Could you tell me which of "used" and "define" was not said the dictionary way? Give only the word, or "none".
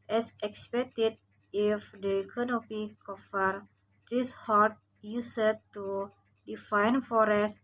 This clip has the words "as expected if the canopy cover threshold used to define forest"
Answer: used